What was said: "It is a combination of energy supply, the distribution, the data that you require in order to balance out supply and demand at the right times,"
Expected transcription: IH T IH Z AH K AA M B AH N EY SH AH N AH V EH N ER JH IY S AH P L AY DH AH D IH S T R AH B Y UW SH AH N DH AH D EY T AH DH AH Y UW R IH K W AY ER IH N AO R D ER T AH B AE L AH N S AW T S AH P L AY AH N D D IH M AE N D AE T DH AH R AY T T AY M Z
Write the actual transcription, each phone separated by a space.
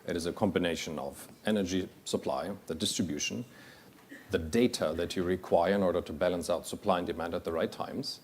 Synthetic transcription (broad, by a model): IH T IH Z AH K AA M B AH N EY SH AH N AH V EH N ER JH IY S AH P L AY DH AH D IH S T R AH B Y UW SH AH N DH AH D EY T AH DH AH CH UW R IH K W AY ER IH N AO R D ER T AH B AE L AH N S AW T S AH P L AY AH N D D IH M AE N D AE T DH AH R AY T T AY M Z